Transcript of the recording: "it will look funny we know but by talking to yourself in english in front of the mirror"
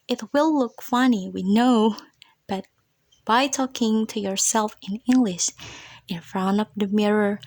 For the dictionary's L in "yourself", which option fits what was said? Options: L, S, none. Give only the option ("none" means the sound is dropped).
L